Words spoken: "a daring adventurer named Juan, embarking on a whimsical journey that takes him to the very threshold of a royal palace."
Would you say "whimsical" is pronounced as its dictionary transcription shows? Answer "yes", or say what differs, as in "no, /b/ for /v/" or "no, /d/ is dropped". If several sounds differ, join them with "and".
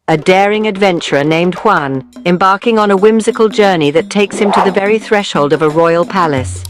yes